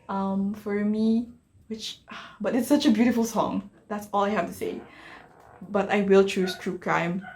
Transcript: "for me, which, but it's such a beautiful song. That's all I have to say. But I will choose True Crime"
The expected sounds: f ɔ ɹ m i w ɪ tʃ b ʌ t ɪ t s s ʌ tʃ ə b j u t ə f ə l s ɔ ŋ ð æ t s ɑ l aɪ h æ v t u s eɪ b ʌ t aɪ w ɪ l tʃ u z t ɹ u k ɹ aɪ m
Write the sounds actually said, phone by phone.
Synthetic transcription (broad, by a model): f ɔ ɹ m i w ɪ tʃ b ʌ t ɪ t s s ʌ tʃ ə b j u t ə f ə l s ɔ ŋ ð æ t s ɑ l aɪ h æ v t u s eɪ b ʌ t aɪ w ɪ l tʃ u s t ɹ u k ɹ aɪ m